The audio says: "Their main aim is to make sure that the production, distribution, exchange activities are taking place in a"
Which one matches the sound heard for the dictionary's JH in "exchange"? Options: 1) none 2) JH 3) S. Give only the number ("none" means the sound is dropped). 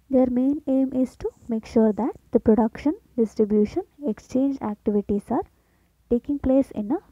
2